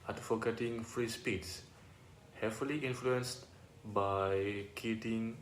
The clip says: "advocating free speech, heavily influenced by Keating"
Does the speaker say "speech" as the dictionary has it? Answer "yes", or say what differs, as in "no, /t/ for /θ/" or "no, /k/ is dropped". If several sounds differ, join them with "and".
no, /s/ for /tʃ/